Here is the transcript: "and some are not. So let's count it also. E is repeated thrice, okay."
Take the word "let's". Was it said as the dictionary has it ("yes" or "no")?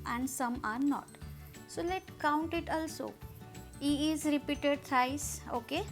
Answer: no